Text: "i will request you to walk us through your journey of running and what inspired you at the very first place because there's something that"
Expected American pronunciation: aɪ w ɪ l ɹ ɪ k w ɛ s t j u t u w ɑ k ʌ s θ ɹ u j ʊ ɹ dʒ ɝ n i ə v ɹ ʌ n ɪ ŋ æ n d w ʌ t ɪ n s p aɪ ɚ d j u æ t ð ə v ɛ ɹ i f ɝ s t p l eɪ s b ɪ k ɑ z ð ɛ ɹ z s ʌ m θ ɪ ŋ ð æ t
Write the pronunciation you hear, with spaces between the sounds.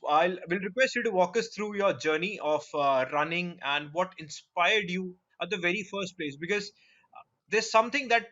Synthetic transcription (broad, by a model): aɪ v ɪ l ɹ ɪ k w ɛ s t j u t u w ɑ k ʌ s t ɹ u j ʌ ɹ dʒ ɝ n i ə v ɹ ʌ n ɪ ŋ æ n d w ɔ t ɪ n s p aɪ ɚ d j u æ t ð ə v ɛ ɹ i f ɝ s t p l eɪ s b ɪ k ɑ z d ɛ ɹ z s ʌ m t ɪ ŋ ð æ t